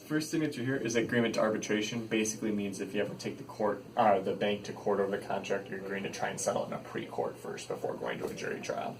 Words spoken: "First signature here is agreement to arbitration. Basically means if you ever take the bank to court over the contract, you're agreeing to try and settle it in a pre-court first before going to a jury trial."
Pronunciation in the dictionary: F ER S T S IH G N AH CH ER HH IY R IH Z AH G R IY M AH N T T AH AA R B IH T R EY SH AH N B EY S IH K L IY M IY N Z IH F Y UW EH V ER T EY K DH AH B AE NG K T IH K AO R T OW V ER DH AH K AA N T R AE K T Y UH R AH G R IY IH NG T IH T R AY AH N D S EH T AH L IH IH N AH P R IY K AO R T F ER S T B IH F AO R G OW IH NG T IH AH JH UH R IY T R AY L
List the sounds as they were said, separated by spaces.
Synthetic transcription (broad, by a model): F ER S T TH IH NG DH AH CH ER HH IY R IH Z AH G R IY M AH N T T AH AA R B IH T R EY SH AH N B EY S IH K L IY M IY N Z IH F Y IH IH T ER T EY K DH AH B AE NG K T IH K AO R T OW V ER DH AH K AA N T R AE K T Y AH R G AO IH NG T IH T R AY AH N S EH T L IH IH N AH P R IY K AO R T F ER S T B IH F AO R G OW IH NG T IH AH JH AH R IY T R AY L